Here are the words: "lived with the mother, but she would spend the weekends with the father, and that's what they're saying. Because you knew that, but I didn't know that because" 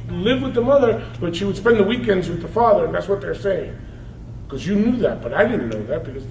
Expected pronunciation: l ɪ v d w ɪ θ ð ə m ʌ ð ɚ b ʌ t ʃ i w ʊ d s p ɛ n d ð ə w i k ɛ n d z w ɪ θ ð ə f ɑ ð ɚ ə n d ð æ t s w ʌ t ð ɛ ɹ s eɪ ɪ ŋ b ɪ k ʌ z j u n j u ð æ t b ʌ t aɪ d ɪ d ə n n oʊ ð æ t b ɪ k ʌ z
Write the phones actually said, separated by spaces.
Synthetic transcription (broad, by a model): l ɪ v w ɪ ð ə m ʌ ð ɚ b ʌ t ʃ i w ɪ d s p ɛ n ð ə w i k ɛ n d z w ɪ ð ə f ɑ ð ɚ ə n ð æ t s w ʌ t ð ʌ ɹ s eɪ ɪ ŋ k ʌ z j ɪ n j u ð æ t b ʌ t aɪ d ɪ d n n oʊ ð æ t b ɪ k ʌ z